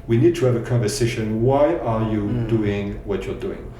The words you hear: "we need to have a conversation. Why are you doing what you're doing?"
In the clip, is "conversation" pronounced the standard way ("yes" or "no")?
yes